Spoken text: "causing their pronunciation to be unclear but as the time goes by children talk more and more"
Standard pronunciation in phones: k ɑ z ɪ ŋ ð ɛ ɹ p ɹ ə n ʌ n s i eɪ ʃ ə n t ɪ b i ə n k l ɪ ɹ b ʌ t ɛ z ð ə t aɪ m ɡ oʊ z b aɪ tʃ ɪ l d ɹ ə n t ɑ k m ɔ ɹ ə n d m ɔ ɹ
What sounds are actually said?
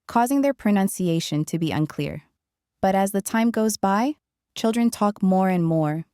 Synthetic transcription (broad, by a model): k ɑ z ɪ ŋ ð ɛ ɹ p ɹ ə n ʌ n s i eɪ ʃ ə n t ɪ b i ə n k l ɪ ɹ b ʌ t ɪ z ð ə t aɪ m ɡ oʊ z b aɪ tʃ ɪ l d ɹ ə n t ɑ k m ɔ ɹ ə n m ɔ ɹ